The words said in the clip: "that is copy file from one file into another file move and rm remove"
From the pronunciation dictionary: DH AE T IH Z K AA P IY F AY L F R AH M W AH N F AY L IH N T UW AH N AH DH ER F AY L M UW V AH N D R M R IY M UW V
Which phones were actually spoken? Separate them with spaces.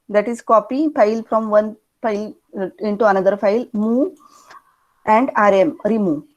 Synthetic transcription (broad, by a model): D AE T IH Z K AA P IY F AY L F R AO M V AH N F AY L IH N T UW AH N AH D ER F AY L M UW AH N D R M R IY M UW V